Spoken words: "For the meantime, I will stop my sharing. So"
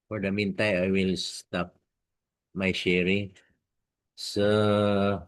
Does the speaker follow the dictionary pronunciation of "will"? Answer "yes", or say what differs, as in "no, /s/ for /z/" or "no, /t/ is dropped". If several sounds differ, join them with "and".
yes